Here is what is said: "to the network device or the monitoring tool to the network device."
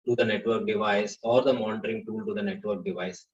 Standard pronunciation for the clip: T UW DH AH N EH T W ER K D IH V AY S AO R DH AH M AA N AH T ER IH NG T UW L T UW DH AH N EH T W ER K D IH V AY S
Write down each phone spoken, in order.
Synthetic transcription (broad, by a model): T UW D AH N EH T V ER K D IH V AY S AO R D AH M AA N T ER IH NG T UW L T UW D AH N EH T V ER K D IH V AY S